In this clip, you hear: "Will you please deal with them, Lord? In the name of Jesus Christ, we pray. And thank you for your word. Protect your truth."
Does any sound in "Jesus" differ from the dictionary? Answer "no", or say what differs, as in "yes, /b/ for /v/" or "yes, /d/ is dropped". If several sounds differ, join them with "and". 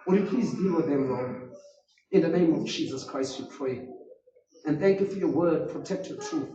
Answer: no